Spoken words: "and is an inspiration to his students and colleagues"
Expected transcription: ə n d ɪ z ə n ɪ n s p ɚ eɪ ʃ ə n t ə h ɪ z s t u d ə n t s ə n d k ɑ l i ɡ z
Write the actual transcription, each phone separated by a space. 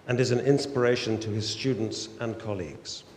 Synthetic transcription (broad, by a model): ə n ɪ z ə n ɪ n s p ɚ eɪ ʃ ə n t ə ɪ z s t u d n t s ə n k ɑ l i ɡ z